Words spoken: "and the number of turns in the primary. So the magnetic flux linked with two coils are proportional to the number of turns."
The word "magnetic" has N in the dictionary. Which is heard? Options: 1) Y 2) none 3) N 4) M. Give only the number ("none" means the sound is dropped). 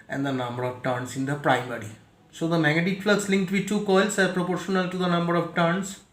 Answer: 2